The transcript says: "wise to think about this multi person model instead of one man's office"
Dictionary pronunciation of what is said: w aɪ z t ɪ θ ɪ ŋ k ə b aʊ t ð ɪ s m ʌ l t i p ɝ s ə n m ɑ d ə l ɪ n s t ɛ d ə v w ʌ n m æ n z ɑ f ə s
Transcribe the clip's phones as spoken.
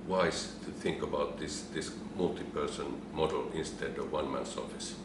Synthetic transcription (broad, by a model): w aɪ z t ɪ θ ɪ ŋ k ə b aʊ t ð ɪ s m ʌ l t i p ɝ s ə n m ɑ d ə l ɪ n s t ɛ d ə v w ʌ n m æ n s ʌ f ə s